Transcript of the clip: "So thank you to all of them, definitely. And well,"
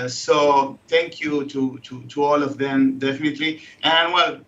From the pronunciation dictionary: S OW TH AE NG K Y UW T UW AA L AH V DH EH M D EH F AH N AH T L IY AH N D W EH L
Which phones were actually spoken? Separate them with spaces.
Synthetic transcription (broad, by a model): S OW T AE NG K Y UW T UW AA L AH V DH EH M D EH F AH N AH T L IY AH N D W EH L